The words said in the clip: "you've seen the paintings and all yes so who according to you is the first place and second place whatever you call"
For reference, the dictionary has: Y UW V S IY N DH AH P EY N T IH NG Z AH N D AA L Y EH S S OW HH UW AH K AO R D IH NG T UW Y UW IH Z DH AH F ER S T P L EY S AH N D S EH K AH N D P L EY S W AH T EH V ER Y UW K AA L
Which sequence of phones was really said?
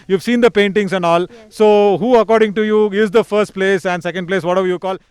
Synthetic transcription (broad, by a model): Y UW V S IY N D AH P EY N T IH NG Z AH N D AA L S S OW HH UW AH K AO R D IH NG T UW Y UW IH Z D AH F ER S T P L EY S AH N D S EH K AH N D P L EY S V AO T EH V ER Y UW K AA L